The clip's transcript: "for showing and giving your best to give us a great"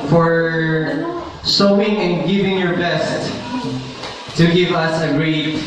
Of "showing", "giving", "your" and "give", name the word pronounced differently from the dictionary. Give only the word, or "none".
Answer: showing